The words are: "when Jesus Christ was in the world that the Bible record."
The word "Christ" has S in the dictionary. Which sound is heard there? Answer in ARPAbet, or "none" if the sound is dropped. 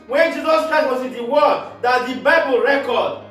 none